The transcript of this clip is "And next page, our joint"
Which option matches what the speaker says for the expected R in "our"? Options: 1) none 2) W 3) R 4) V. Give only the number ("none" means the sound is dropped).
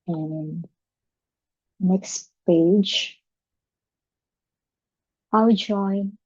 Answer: 2